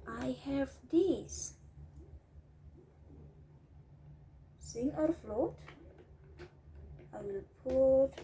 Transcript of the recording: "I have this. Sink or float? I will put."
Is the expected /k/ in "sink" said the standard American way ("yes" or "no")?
no